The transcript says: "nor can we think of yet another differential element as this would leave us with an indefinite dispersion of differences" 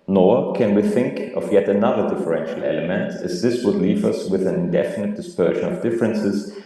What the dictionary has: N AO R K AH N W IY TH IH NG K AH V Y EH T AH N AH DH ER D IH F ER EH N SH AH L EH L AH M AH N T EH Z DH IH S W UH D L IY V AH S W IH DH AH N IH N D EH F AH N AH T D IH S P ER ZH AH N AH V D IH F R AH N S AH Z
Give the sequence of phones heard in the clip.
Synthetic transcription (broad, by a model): N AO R K AH N W IY TH IH NG K AH V Y EH T AH N AH DH ER D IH F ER EH N SH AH L EH L AH M AH N T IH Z DH IH S W UH D L IY V AH S W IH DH AH N IH N D EH F AH N AH T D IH S P ER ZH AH N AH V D IH F R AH N S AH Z